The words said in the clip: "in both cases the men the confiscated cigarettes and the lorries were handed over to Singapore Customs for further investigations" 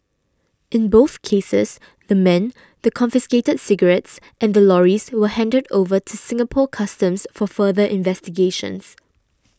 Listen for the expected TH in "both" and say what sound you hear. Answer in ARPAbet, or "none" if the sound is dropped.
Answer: TH